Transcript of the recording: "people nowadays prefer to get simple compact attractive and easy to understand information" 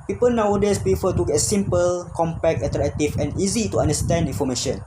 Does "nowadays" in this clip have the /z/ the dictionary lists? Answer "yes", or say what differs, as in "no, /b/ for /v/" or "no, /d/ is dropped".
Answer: no, /s/ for /z/